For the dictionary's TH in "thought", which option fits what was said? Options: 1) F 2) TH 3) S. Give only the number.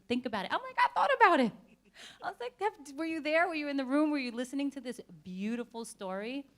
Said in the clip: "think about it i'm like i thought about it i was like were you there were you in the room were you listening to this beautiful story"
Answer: 2